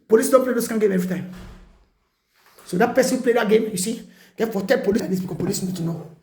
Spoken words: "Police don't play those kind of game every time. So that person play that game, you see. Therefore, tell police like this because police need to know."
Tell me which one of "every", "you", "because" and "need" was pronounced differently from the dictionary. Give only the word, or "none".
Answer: because